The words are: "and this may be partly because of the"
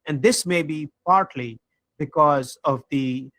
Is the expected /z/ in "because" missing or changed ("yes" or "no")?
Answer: no